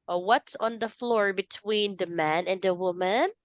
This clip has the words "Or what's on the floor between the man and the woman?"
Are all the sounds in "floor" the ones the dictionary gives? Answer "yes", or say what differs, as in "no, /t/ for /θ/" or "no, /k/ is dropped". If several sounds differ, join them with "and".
yes